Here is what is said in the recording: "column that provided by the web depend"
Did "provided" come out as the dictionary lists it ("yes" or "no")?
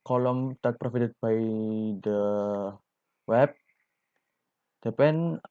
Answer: no